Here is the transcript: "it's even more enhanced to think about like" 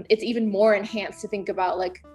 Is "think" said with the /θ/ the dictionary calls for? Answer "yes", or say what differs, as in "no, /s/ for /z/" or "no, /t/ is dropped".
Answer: yes